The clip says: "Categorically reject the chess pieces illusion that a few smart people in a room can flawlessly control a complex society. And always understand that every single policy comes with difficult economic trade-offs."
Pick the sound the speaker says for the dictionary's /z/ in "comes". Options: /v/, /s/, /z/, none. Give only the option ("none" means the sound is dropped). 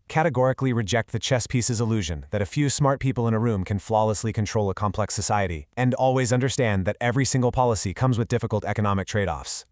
/z/